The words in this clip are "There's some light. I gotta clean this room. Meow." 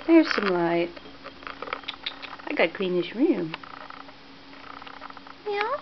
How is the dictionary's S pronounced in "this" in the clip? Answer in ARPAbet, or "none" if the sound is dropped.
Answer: SH